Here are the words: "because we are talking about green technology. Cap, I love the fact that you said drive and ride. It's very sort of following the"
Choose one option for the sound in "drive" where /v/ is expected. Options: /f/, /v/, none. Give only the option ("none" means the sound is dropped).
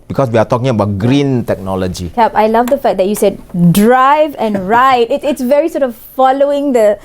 /v/